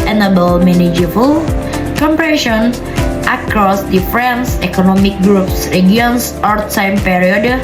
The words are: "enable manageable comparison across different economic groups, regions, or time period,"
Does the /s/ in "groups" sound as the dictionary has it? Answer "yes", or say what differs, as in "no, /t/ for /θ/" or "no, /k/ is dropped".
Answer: yes